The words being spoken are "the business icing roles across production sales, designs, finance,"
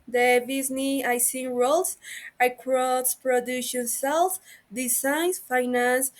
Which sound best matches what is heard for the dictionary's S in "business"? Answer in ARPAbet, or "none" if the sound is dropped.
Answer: none